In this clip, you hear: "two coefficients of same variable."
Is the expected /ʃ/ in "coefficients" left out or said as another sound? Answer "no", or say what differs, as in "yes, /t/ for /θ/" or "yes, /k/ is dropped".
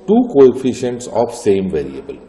no